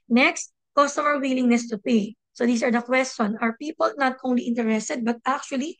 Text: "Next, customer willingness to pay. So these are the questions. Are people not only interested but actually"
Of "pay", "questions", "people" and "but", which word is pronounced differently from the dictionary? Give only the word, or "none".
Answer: questions